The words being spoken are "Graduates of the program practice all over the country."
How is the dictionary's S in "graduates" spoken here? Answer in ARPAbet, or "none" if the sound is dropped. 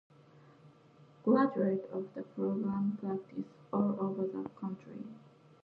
none